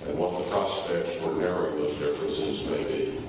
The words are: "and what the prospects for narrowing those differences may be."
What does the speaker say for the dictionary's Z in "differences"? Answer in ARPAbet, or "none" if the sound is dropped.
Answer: Z